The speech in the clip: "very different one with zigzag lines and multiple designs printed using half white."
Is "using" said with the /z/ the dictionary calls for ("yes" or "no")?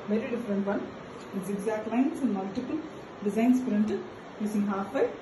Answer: no